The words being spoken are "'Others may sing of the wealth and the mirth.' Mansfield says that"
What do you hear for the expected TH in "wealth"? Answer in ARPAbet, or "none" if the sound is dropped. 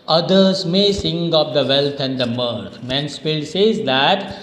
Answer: T